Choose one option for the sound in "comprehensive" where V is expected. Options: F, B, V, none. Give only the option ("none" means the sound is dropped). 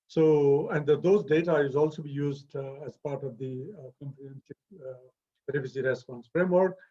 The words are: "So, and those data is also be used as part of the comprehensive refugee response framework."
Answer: B